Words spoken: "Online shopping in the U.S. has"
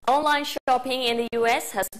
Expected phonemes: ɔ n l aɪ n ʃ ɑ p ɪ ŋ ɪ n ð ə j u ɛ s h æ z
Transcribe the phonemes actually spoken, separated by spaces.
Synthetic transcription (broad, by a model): ɔ n l aɪ n ʃ ɑ p ɪ ŋ ɪ n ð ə j u ɛ s h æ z